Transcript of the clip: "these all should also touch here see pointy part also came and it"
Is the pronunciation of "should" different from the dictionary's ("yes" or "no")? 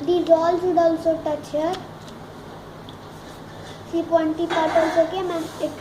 yes